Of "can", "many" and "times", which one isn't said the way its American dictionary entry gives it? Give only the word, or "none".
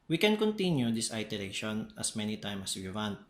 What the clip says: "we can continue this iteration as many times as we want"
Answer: times